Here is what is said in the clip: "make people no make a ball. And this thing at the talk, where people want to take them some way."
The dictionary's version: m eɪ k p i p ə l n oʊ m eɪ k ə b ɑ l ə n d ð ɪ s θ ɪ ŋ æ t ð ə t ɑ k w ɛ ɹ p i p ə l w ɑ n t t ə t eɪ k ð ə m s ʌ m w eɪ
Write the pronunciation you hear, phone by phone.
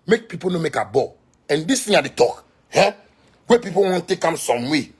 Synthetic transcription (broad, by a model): m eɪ k p i p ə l n oʊ m eɪ k ə b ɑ ə n d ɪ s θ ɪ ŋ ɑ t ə t ɑ k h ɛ w p i p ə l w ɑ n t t t eɪ k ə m s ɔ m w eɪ